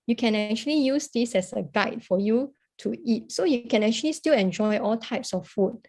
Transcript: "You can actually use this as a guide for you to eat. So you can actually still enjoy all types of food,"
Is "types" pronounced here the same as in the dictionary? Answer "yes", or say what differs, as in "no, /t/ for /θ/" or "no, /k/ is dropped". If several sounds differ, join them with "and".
yes